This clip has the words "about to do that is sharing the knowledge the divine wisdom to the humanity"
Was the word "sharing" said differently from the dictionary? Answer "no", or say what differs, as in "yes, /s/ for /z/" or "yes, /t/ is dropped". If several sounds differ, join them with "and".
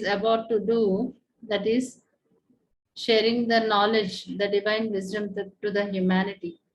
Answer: no